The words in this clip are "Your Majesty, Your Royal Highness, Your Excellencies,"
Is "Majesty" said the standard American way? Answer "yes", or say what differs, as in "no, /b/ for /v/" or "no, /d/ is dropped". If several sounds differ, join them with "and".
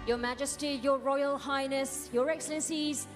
yes